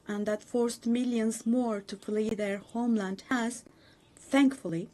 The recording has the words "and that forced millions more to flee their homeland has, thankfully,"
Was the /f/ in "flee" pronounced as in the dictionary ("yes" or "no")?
no